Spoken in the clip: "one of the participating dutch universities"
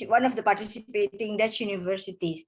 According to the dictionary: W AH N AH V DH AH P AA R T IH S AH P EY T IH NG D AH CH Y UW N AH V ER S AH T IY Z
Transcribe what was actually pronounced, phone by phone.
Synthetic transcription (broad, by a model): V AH N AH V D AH P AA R T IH S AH P EY T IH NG D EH S Y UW N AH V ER S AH T IY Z